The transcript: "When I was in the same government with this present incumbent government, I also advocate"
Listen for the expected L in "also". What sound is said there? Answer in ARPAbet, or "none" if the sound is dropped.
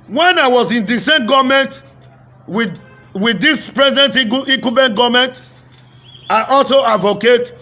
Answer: L